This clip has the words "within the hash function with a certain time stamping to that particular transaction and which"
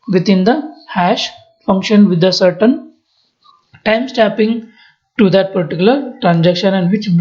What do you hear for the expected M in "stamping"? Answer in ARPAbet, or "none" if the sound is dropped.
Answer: none